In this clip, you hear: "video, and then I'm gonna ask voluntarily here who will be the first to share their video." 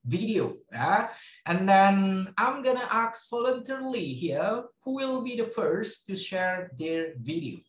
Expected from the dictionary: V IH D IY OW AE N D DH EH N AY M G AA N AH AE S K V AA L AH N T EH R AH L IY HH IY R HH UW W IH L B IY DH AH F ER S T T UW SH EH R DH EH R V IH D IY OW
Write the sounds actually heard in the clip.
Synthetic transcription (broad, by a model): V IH D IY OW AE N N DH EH N AY M G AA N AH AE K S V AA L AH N T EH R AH L IY HH IY R HH UW W IH L B IY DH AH F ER S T T UW SH EH R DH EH R V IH D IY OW